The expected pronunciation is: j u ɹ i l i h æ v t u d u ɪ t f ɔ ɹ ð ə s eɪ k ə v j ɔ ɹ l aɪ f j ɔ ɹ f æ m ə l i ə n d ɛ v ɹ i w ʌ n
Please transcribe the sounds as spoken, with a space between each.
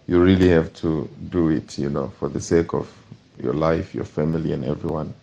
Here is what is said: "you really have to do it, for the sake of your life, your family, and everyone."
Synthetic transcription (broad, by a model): j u ɹ i l i h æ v t u d u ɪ t f ɔ ɹ ð ə s eɪ k ə v j ɔ ɹ l aɪ f j ɔ ɹ f æ m ə l i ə n ɛ v ɹ i w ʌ n